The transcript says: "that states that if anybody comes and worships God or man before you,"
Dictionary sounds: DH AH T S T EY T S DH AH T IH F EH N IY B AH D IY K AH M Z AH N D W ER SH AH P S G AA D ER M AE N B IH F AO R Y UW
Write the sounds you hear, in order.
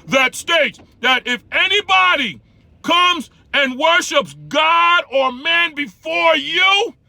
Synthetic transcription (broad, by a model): DH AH T S T EY T S DH AH T IH F EH N IY B AH D IY K AH M Z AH N W ER SH AH P S G AA D ER M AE N B IH F AO R Y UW